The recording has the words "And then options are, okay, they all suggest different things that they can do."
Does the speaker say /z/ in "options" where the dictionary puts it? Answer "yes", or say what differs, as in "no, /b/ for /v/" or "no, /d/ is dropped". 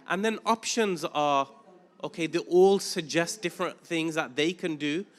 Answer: yes